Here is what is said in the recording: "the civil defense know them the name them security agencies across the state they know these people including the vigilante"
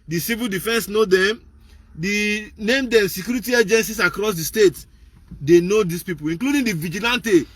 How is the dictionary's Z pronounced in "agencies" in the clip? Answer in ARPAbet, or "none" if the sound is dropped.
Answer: S